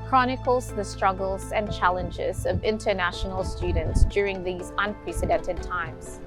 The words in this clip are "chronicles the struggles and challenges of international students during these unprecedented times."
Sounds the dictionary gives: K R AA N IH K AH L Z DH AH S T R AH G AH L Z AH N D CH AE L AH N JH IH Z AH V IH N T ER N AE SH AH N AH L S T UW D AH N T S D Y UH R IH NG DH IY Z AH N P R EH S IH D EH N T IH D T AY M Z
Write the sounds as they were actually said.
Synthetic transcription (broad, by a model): K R AA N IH K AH L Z DH AH S T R AH G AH L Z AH N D CH AE L AH N JH IH Z AH V IH N T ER N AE SH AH N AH L S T UW D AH N T S D Y UH R IH NG DH IY Z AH N P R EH S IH D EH N T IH D T AY M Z